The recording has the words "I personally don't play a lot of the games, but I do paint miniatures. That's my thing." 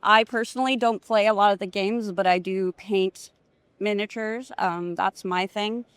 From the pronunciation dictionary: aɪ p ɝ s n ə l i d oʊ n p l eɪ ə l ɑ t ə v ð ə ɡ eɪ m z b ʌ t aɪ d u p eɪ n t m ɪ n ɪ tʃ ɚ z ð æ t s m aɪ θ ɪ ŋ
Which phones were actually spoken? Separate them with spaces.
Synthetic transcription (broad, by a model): aɪ p ɝ s n l i d oʊ n p l eɪ ə l ɑ t ə v ð ə ɡ eɪ m z b ʌ t aɪ d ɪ p eɪ n t m ɪ n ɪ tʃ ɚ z ð æ t s m aɪ θ ɪ ŋ